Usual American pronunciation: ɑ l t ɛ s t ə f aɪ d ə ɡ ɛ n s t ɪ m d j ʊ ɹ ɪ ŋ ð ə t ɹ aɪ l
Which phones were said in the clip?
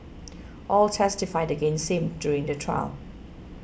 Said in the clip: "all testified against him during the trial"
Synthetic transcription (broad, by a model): ɑ l t ɛ s t ə f aɪ d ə ɡ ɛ n s ɪ m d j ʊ ɹ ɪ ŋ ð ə t ɹ aɪ l